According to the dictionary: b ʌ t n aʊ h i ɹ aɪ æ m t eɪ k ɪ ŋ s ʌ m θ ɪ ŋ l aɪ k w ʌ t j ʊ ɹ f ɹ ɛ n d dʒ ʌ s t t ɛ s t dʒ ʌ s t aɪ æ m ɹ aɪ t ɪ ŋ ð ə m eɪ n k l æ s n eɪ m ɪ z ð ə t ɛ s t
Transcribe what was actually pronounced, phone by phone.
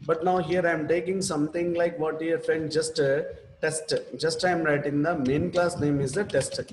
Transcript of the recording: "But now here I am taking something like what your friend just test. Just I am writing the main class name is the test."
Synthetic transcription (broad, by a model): b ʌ t n aʊ h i ɹ aɪ m t eɪ k ɪ ŋ s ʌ m t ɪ ŋ l aɪ k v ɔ t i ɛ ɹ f ɛ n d dʒ ʌ s t t ɛ s t dʒ ʌ s t aɪ m ɹ aɪ t ɪ ŋ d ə m eɪ n k l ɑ s n eɪ m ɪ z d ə t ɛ s t